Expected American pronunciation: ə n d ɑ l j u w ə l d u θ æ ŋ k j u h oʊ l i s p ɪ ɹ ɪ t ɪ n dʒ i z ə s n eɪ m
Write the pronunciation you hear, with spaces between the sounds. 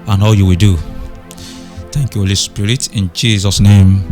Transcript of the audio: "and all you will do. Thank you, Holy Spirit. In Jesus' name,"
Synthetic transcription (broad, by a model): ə n ɑ l j u w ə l d u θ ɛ ŋ k j u h oʊ l i s p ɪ ɹ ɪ t ɪ n dʒ i z ə s n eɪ m